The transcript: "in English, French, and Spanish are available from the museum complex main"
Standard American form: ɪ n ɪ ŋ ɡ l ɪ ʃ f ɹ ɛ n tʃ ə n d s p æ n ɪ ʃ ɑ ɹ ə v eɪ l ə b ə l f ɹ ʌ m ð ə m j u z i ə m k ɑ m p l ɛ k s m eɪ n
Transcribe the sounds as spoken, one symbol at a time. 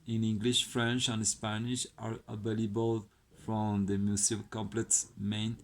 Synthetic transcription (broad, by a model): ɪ n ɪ ŋ ɡ l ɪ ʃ f ɹ ɛ n tʃ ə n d s p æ n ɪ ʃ ɑ ɹ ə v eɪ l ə b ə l f ɹ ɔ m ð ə m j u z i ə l k ɑ m p l ɛ k s m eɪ n